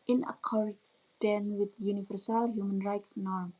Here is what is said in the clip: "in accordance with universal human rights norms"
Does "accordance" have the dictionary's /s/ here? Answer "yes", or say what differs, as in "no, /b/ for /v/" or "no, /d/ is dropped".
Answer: no, /s/ is dropped